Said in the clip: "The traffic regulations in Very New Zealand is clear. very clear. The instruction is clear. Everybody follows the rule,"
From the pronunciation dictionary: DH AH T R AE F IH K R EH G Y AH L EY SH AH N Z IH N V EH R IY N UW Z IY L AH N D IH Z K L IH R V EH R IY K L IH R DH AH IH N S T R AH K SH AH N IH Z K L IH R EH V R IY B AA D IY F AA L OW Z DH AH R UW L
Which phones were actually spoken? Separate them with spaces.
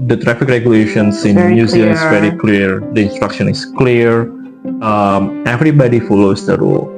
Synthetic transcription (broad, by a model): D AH T R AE F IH K R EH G Y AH L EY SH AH N S IH N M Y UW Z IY AH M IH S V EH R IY K L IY R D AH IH N S T R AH K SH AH N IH S K L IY R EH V R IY B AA D IY F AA L OW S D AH R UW L